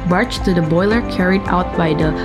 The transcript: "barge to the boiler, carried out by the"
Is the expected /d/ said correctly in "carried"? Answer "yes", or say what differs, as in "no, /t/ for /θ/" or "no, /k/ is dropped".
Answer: yes